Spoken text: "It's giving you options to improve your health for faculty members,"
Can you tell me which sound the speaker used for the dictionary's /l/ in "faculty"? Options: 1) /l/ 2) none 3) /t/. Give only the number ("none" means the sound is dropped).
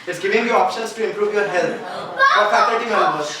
2